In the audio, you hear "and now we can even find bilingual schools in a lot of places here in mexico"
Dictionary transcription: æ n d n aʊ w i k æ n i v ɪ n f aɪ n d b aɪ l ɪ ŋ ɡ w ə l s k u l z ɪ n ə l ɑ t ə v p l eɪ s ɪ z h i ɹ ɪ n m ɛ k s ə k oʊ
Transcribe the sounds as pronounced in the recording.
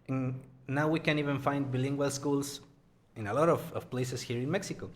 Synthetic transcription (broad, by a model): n n aʊ w i k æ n i v ɪ n f aɪ n d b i l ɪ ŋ ɡ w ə l s k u l s ɪ n ə l ɑ t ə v p l eɪ s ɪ s h i ɹ ɪ n m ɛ k s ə k oʊ